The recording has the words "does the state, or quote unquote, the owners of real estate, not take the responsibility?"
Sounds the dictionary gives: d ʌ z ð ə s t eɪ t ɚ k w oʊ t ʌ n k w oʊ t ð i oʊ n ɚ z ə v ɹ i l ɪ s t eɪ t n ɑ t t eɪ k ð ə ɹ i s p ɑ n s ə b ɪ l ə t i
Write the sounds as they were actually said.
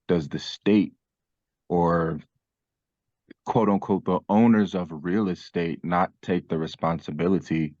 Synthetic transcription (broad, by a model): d ʌ z ð ə s t eɪ t ɚ k w oʊ t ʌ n k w oʊ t ð i oʊ n ɚ z ə v ɹ i l ɪ s t eɪ t n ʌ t t eɪ k ð ə ɹ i s p ɑ n s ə b ɪ l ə t i